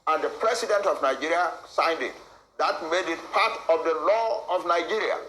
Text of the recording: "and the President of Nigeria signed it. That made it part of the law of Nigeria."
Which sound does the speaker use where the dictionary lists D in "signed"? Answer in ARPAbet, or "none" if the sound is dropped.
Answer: D